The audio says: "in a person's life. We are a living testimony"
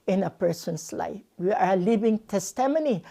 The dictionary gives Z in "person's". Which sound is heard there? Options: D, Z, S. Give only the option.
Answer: S